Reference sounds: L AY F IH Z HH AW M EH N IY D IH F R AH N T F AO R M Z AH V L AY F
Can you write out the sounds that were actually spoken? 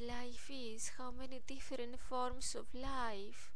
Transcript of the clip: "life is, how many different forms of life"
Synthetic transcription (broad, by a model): L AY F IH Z HH AW M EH N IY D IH F R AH N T F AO R M S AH F L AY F